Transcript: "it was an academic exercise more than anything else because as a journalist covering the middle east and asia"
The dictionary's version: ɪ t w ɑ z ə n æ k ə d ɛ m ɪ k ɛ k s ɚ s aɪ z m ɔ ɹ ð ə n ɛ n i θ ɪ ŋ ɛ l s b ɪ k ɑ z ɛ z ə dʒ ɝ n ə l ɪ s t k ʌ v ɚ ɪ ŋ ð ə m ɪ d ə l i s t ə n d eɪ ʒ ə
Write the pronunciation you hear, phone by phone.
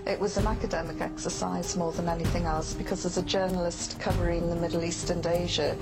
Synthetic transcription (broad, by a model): ɪ t w ɑ z ə n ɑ k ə d ɛ m ɪ k ɛ k s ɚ s aɪ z m ɔ ð ə n ɛ n i θ ɪ ŋ ɛ l s b ɪ k ɑ z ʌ z ə dʒ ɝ n ə l ɪ s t k ʌ v ɚ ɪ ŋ ð ə m ɪ d l i s t ə n d eɪ ʒ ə